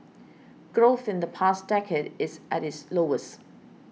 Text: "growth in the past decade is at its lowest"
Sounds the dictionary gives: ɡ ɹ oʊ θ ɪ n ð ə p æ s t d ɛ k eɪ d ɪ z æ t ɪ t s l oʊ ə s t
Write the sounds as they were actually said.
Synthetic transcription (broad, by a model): ɡ ɹ oʊ θ ɪ n ð ə p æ s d ɛ k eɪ d ɪ z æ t ɪ t s l oʊ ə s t